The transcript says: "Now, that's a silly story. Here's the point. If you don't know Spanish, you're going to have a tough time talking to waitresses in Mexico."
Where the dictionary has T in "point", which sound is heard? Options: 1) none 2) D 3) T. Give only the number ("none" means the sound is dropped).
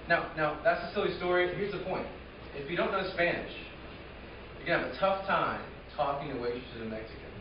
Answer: 3